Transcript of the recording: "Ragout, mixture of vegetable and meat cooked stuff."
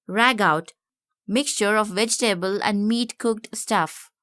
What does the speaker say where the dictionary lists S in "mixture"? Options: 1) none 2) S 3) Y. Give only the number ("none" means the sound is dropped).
2